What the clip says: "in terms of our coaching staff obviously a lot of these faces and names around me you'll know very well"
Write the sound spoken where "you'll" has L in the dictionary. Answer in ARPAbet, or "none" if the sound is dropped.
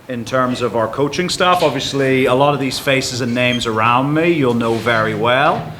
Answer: L